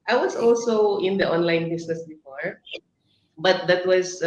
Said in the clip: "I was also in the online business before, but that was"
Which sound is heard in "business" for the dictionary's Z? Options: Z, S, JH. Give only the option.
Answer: S